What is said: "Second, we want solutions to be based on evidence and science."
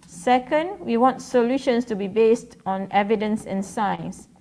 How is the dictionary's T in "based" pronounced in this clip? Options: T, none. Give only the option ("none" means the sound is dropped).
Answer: T